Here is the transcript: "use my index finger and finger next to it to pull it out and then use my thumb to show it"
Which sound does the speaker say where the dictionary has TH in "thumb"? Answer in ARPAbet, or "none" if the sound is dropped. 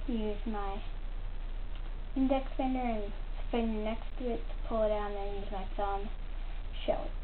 S